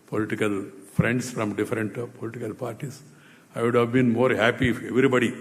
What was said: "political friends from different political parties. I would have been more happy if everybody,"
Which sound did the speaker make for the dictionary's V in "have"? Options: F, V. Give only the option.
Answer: V